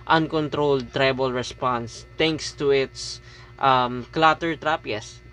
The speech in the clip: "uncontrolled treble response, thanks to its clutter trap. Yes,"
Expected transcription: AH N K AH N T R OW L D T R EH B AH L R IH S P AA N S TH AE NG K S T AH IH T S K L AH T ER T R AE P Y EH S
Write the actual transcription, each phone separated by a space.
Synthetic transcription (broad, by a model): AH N K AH N T R OW L D T R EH B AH L R IH S P AA N S T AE NG K S T AH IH T S K L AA T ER T R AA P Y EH S